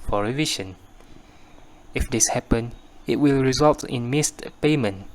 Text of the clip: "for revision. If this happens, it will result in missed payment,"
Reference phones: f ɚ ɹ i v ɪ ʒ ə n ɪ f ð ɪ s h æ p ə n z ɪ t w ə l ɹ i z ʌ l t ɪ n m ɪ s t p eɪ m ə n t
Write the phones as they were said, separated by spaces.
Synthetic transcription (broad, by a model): f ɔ ɹ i v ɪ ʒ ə n ɪ f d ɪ s h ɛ p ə n ɪ t w ə l ɹ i z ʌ l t ɪ n m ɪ s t p eɪ m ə n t